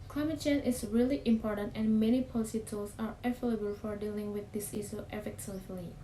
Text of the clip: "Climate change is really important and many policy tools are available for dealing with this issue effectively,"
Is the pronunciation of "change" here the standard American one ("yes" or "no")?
no